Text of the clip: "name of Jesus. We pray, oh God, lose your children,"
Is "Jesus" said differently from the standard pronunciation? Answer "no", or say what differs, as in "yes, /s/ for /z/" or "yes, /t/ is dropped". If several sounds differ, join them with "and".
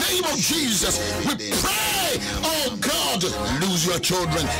no